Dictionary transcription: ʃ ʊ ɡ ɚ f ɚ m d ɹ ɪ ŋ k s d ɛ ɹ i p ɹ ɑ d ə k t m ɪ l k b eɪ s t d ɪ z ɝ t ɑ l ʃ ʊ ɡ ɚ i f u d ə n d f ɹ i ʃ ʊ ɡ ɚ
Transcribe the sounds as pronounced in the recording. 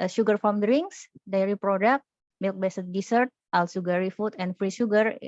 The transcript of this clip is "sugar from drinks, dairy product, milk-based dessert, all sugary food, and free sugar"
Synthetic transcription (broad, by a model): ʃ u ɡ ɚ f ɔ m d ɹ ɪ ŋ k s d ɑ ɹ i p ɹ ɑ d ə k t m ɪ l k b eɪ s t d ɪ s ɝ t ɑ l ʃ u ɡ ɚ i f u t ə n f ɹ i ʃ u ɡ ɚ